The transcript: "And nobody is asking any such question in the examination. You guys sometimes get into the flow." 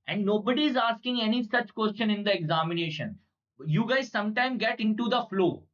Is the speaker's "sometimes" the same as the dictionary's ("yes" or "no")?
no